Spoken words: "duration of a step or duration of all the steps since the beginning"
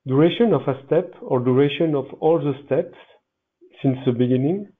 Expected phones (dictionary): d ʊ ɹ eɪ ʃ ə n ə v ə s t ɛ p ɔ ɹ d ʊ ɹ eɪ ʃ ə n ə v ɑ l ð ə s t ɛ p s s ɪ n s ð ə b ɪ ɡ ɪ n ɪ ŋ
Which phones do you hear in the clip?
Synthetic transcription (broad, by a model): d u ɹ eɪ ʃ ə n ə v ə s t ɛ p ɔ ɹ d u ɹ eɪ ʃ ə n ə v ɑ l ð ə s t ɛ p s s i n s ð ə b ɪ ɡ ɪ n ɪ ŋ